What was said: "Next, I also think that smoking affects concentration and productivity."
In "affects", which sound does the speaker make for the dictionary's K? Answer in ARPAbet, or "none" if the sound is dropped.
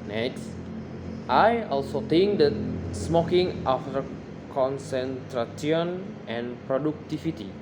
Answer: none